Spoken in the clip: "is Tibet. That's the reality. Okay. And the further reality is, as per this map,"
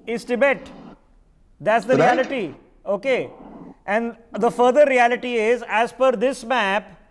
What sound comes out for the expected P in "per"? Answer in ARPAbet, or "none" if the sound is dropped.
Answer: F